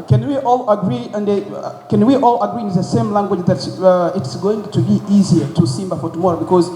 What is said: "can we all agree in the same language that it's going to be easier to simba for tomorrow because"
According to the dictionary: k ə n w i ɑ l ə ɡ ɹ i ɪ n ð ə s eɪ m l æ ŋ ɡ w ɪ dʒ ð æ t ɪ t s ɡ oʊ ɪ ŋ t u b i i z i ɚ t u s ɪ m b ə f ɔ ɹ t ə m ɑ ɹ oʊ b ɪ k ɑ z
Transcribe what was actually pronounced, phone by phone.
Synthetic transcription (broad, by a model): k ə n w i ɑ l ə ɡ ɹ i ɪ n ð ə s eɪ m l æ ŋ ɡ w ɪ dʒ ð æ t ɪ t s ɡ oʊ ɪ ŋ t u b i i z i ɚ t u s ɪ m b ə f ɔ ɹ t ə m ɑ ɹ oʊ b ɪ k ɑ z